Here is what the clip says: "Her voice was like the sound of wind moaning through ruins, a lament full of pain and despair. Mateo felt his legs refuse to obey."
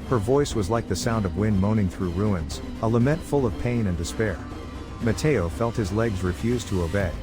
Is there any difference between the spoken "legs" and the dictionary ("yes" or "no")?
no